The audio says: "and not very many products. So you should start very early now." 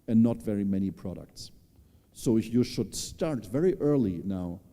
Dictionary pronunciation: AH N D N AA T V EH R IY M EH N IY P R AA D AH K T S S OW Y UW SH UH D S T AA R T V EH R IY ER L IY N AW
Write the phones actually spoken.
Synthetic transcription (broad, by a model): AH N N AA T V EH R IY M EH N IY P R AA D AH K T S S OW Y UW SH UH D S T AA R T V EH R IY ER L IY N AW